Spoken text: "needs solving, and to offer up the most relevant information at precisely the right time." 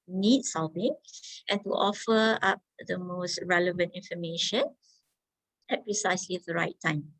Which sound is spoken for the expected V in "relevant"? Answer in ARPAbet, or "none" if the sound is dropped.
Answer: V